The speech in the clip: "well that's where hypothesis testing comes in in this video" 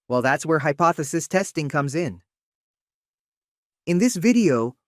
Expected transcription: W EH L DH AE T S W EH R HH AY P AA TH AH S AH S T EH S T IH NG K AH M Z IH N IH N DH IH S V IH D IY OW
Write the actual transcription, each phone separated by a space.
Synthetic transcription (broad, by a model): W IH L DH AE T S W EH R HH AY P AA TH AH S AH S T EH S T IH NG K AH M Z IH N IH N DH IH S V IH D IY OW